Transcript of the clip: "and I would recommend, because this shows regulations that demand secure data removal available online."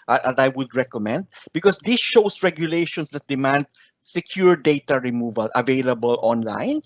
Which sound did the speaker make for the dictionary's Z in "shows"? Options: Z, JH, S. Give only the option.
S